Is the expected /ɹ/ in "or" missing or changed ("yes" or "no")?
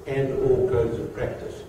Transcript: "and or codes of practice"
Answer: yes